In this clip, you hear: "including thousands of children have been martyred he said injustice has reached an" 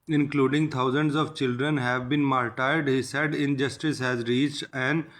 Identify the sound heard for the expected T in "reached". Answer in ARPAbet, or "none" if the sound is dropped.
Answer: T